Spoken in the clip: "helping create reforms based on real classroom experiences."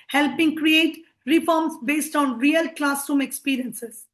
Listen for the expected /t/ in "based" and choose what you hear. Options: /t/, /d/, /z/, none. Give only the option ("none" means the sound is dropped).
/t/